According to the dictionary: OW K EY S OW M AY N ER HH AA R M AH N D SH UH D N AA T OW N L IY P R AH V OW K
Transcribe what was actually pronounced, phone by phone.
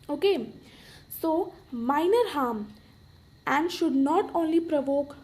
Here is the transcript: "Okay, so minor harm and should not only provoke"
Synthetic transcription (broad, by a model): OW K EY S OW M AY N ER HH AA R M AH N D SH UH D N AA T OW N L IY P R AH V OW K